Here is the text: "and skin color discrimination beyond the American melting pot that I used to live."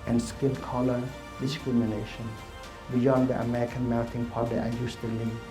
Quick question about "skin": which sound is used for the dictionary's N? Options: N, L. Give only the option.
L